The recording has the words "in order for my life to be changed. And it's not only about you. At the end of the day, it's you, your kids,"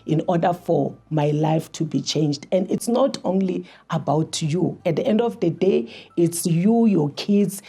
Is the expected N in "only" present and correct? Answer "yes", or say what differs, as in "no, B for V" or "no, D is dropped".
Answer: yes